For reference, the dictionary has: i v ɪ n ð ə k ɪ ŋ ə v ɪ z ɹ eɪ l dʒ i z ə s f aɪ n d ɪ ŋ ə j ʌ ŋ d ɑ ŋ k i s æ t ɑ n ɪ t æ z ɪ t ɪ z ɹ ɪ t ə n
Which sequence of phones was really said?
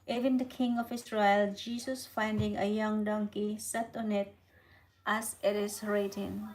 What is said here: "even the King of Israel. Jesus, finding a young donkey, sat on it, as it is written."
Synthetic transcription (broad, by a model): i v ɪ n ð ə k ɪ ŋ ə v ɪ s ɹ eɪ l dʒ i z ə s f aɪ n d ɪ ŋ ə j ʌ ŋ d ɑ ŋ k i s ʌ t ɑ n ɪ t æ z ɪ t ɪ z ɹ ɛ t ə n